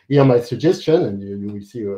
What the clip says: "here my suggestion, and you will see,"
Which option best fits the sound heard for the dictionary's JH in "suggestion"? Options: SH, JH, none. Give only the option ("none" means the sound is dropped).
JH